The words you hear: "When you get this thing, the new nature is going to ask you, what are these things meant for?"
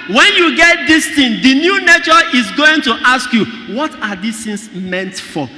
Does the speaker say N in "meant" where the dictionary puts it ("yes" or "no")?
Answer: yes